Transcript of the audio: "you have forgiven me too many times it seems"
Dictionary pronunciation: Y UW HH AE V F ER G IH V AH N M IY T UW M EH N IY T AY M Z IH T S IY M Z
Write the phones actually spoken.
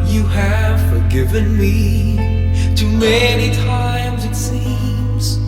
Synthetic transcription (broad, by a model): Y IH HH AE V F ER G IH V AH N M IY T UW M EH N IY T AY M Z IH T S IY M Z